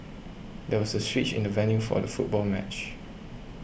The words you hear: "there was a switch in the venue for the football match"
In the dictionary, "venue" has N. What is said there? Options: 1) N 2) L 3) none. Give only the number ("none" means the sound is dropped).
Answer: 1